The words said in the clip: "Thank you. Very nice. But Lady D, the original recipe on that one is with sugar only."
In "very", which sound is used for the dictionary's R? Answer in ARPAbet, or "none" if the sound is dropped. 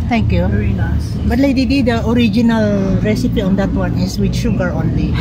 none